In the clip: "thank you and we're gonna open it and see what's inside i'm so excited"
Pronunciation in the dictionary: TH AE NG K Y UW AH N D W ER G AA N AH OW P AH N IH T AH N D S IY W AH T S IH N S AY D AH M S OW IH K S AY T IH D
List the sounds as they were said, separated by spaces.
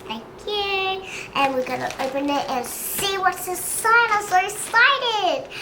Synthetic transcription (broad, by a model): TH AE NG K Y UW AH N W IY G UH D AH OW P AH N IH T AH N S IY W AH T S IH S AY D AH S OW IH S AY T IH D